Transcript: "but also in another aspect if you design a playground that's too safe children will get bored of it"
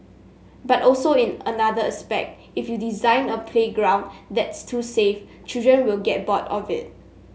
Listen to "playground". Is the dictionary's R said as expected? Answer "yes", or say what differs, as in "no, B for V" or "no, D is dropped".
yes